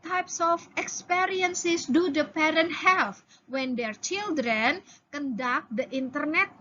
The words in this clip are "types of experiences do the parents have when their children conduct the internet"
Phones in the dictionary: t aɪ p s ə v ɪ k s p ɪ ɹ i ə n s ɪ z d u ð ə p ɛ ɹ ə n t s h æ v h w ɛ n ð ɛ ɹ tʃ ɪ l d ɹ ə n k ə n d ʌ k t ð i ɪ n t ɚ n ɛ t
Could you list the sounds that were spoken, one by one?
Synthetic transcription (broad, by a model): t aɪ p s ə f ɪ k s p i ɹ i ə n s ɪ s d u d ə p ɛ ɹ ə n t h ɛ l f w ɛ n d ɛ ɹ tʃ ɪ l d ɹ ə n k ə n d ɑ k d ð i n t ɚ n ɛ t